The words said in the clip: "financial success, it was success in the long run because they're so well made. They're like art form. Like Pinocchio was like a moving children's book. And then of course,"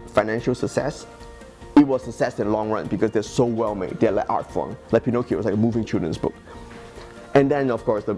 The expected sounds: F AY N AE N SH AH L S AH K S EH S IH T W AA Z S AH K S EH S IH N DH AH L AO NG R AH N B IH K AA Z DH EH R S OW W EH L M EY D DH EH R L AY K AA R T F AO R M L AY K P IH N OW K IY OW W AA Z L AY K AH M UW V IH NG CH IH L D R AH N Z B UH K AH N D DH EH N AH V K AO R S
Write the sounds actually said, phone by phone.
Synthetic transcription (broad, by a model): F AY N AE N SH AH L S AH K S EH S IH T W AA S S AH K S EH S IH N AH L AO NG R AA N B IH K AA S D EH S OW W EH L M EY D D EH L AY K AA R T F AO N L AY K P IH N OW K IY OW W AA S L AY K AH M UW V IH NG CH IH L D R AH N S B UH K AH N D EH N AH F K AO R S